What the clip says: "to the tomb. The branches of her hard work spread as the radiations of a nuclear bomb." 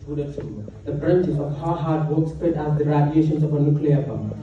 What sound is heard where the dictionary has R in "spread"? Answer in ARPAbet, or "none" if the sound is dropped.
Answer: none